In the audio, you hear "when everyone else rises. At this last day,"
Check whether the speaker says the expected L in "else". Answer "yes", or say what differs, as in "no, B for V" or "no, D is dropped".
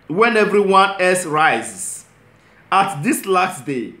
no, L is dropped